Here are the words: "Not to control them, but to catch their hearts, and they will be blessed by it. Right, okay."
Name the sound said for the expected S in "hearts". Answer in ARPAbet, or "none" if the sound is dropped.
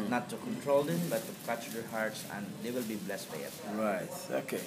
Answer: S